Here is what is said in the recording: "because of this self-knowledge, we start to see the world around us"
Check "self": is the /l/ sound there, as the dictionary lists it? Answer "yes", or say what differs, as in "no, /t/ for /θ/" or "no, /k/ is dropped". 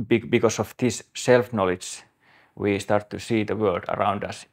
yes